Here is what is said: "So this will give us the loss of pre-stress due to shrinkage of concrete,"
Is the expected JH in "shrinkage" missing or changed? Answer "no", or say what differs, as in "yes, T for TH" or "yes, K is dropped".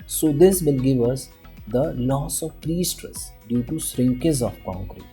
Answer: yes, Z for JH